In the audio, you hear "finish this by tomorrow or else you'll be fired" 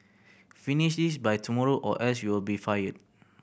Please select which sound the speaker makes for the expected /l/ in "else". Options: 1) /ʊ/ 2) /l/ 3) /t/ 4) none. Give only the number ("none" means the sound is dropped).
4